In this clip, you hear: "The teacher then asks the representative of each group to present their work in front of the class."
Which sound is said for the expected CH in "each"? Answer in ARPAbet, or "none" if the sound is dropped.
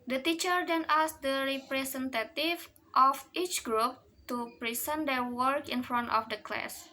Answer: CH